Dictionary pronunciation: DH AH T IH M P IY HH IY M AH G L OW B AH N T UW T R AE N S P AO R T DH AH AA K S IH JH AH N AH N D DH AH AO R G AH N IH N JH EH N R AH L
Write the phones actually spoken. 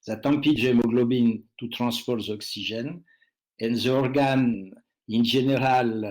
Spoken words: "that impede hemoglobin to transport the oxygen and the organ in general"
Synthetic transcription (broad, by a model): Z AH T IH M P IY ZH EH M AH G L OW B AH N T UW T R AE S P AO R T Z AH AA K S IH ZH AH N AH N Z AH AO R G AH N IH N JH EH N R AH L